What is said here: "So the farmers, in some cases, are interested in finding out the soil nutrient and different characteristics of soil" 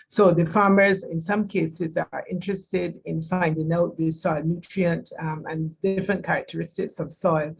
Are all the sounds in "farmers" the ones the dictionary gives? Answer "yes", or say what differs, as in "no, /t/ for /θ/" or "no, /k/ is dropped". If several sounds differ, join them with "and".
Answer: yes